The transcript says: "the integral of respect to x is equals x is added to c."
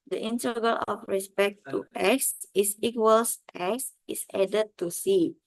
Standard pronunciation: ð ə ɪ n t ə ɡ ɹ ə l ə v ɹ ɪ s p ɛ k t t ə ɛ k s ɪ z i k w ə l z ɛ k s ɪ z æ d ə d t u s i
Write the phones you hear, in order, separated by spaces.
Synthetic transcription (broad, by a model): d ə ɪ n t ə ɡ ə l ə f ɹ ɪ s p ɛ k t t ɛ k s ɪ s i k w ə l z ɛ k s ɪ s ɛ d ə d t u s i